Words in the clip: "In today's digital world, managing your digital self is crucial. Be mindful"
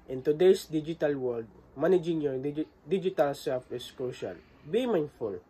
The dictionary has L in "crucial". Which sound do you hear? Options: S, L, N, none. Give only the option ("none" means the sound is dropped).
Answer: N